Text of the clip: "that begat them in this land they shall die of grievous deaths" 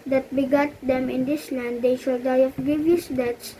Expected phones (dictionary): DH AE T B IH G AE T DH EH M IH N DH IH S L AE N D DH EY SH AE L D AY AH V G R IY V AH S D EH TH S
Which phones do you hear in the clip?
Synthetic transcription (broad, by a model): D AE T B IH G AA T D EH M IH N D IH S L AE N D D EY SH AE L D AY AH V G IY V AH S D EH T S